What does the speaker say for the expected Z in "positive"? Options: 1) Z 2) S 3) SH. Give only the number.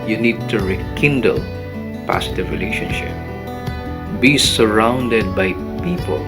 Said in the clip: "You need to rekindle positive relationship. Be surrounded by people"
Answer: 2